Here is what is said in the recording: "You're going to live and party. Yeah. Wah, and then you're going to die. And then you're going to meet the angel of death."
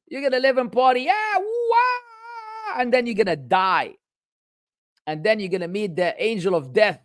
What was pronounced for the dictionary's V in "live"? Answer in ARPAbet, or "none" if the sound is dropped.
V